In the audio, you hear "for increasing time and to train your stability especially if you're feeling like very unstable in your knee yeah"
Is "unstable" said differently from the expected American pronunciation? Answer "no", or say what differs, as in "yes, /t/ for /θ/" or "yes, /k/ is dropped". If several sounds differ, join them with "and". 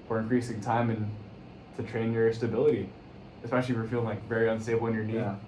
yes, /b/ is dropped